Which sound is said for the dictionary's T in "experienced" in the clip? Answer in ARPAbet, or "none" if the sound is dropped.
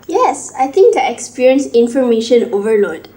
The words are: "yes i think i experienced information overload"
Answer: none